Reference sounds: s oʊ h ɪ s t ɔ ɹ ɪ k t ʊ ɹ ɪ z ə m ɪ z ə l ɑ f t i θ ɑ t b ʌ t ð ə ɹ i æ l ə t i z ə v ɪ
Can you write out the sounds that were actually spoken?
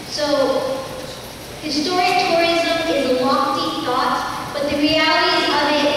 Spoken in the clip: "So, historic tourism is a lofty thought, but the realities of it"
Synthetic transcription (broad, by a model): s oʊ h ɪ s t ɔ ɹ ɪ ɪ t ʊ ɹ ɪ z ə m ɪ z ə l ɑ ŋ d i θ ɑ t b ʌ t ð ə ɹ i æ l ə t i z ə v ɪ